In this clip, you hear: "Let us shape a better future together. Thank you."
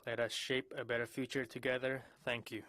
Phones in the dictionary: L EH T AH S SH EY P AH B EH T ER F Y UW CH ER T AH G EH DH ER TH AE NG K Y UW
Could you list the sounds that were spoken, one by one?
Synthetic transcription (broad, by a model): L EH T AH S SH EY P AH B EH T ER F Y UW CH ER T AH G EH DH ER TH AE NG K Y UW